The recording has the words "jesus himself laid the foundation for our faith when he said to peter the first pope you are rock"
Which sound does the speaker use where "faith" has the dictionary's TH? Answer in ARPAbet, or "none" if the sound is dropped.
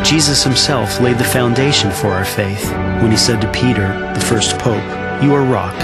TH